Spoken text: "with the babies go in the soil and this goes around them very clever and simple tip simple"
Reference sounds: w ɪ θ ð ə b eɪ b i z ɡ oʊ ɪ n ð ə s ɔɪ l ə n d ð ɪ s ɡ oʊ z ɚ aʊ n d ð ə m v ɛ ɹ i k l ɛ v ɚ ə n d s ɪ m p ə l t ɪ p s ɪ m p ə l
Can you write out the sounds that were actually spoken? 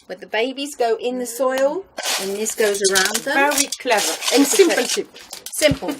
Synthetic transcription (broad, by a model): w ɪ ð ə b eɪ b i z ɡ oʊ ɪ n ð ə s ɔɪ l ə n ð ɪ s ɡ oʊ z ɚ aʊ n d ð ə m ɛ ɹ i k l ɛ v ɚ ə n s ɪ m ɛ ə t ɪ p s ɪ m p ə l